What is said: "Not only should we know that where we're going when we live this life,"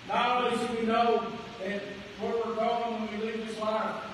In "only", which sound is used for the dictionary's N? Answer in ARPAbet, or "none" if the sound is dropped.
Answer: none